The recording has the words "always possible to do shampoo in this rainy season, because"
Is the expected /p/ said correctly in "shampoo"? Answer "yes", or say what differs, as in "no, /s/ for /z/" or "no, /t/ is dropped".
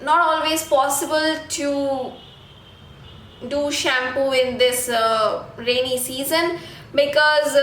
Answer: yes